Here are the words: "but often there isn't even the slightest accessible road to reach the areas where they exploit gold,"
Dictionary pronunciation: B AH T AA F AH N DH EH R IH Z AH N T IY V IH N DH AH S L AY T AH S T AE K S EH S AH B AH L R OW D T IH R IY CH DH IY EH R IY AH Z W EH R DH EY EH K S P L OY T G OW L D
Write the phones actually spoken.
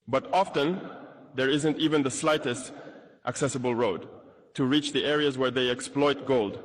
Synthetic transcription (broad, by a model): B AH T AA F AH N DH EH R IH Z AH N T IY V IH N DH AH S L AY T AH S T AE K S EH S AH B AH L R OW D T IH R IY CH DH IY EH R IY AH Z W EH R DH EY EH K S P L OY T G OW L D